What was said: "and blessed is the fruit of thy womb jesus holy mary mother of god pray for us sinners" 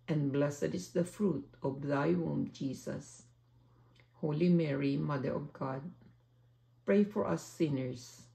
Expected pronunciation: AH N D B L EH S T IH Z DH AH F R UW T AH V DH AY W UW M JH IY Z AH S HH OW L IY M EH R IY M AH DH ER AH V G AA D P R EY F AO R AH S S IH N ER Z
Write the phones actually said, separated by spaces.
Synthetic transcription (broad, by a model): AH N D B L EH S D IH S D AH F R UW T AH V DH AY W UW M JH IY S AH S HH OW L IY M EH R IY M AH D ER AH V G AA D P R EY F AO R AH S S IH N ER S